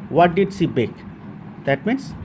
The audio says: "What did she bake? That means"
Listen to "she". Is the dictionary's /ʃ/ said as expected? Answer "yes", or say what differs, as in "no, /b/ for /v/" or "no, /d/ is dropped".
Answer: no, /s/ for /ʃ/